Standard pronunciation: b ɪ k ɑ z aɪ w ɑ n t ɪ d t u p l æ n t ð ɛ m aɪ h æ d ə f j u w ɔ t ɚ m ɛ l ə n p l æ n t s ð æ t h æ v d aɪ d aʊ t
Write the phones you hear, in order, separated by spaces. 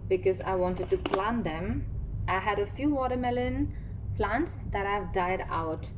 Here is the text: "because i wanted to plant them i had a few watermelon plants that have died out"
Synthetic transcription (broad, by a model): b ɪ k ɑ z aɪ w ɑ n t ɪ d t u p l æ n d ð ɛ m aɪ h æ d ə f j u w ɔ t ɚ m ɛ l ə n p l æ n t s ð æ t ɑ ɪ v d aɪ d aʊ t